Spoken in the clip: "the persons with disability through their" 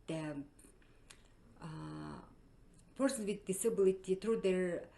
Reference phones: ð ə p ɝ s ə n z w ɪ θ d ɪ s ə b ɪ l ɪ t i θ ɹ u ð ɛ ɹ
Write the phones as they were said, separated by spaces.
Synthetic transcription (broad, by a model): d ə p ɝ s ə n w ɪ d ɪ s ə b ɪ l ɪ t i t ɹ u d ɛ ɹ